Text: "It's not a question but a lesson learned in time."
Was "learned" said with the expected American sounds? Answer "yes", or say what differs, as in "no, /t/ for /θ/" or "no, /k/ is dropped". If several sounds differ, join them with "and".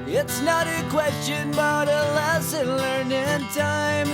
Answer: no, /d/ is dropped